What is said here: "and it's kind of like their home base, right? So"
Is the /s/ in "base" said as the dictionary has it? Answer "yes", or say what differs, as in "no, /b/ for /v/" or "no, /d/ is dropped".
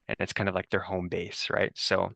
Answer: yes